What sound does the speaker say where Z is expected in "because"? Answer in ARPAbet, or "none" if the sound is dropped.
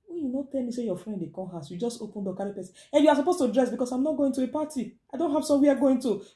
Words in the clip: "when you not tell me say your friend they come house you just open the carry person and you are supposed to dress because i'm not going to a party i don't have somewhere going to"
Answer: S